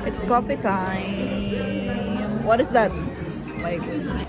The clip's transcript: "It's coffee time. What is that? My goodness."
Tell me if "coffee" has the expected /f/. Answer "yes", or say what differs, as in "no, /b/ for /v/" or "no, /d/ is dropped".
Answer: no, /p/ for /f/